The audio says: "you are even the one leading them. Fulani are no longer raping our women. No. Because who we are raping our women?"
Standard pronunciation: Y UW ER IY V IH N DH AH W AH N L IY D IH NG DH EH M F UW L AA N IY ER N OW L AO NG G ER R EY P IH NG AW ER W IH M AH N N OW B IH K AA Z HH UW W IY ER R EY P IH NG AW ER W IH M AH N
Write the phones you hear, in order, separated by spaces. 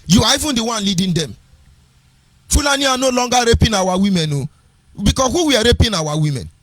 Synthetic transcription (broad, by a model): Y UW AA IY V IH N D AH W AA N L IY D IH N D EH M F UW L AA N IY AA N OW L AO NG G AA R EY P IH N AW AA W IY M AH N N OW B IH K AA HH UW W IY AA R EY P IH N AW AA W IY M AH N